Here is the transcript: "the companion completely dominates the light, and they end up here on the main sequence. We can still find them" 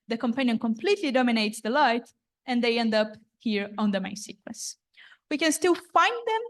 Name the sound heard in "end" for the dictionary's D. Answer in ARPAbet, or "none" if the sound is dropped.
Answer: D